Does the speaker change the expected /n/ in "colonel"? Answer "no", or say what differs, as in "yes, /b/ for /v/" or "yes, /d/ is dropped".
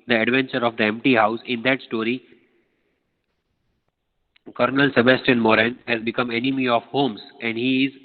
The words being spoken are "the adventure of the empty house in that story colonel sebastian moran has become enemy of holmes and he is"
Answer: no